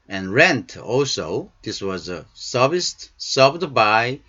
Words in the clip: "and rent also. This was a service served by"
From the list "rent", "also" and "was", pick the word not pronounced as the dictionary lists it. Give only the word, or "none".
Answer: none